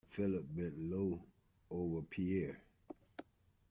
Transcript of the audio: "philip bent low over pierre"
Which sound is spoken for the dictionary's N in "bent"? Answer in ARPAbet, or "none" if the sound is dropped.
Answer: none